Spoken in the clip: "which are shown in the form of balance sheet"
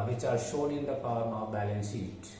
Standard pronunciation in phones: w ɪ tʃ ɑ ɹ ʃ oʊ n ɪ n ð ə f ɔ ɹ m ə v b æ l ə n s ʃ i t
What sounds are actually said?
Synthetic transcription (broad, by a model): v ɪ tʃ ɑ ɹ ʃ oʊ n ɪ n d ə p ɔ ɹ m ə v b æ l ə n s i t